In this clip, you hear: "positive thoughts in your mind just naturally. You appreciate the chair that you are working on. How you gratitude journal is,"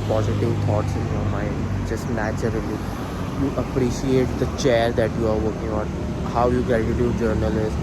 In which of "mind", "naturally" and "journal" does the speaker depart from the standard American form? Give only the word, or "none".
none